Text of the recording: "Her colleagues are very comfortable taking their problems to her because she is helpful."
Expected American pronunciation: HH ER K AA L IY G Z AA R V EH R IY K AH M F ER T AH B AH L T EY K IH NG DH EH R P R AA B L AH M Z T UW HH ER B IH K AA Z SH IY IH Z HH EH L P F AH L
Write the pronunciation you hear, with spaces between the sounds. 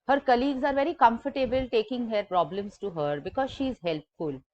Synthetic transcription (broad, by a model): HH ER K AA L IY G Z AA R V EH R IY K AH M F ER T AH B AH L T EY K IH NG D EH R P R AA B L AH M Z T UW HH ER B IH K AA Z SH IY IH Z HH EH L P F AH L